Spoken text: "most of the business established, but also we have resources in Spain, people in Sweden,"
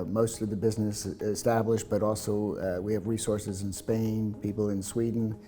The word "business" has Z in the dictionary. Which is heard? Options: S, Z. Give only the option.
Z